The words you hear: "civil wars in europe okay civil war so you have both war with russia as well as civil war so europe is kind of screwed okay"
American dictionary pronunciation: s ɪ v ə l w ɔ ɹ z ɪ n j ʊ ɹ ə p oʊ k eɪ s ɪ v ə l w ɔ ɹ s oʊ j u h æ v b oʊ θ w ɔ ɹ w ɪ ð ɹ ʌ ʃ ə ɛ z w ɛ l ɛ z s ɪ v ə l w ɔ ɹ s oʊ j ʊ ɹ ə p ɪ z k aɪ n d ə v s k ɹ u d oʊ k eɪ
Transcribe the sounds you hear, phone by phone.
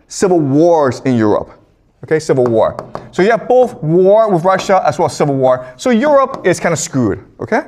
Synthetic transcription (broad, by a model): s ɪ v l w ɔ ɹ z ɪ n j ʊ ɹ ə p oʊ k eɪ s ɪ v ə l w ɔ ɹ s oʊ j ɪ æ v b oʊ θ w ɔ ɹ w ɪ ð ɹ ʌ ʃ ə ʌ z w ɛ l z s ɪ v l w ɔ ɹ s oʊ j ʊ ɹ ə p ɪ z k aɪ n ə s k ɹ u d oʊ k eɪ